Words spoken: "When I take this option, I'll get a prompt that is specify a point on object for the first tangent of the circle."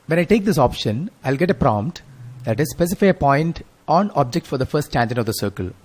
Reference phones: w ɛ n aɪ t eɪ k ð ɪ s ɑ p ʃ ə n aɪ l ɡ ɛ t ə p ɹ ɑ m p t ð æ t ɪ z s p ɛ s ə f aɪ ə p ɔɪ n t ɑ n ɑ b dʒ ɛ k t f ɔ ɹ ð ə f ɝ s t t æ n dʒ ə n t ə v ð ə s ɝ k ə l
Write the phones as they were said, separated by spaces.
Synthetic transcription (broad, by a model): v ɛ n aɪ t eɪ k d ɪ s ɑ p ʃ ə n aɪ l ɡ ɛ t ə p ɹ ɑ m p t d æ t ɪ z s p ɛ s ə f aɪ ə p ɔɪ n t ɑ n ɑ b dʒ ɛ k t f ɔ ɹ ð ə f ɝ s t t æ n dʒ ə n ə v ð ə s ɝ k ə l